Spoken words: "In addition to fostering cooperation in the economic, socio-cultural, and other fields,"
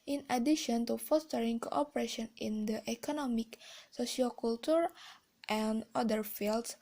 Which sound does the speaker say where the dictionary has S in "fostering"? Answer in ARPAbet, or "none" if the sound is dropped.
S